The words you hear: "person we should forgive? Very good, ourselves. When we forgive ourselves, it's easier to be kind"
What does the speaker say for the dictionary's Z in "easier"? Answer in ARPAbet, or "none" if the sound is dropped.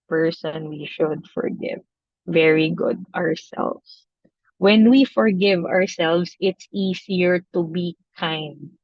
S